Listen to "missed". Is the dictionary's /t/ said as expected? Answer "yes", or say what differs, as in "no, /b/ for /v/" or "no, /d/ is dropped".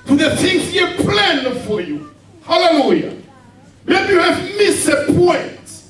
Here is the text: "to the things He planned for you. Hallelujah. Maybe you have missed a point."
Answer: no, /t/ is dropped